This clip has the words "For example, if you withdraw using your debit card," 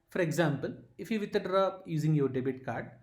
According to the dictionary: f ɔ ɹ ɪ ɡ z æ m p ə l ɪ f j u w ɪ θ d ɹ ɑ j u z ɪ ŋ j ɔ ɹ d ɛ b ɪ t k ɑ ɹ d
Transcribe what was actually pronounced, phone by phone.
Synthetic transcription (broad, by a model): f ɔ ɹ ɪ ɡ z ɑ m p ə l ɪ f j u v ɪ t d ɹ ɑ j u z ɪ ŋ j ɔ ɹ d ɛ b ɪ t k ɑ ɹ d